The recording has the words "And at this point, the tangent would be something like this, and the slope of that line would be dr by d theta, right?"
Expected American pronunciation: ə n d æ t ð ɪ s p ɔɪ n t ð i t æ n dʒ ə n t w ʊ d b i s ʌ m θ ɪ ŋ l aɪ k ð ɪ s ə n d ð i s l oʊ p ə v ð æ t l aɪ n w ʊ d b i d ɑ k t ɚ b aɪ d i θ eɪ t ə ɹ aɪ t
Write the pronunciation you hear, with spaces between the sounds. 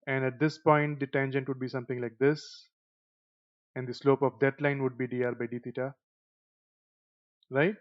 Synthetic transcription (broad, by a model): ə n d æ t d ɪ s p ɔɪ n t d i t æ n dʒ ə n t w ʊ d b i s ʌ m t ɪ ŋ l aɪ k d ɪ s ə n d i s l oʊ p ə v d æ t l aɪ n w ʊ d b i d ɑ t b aɪ d i t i t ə ɹ aɪ t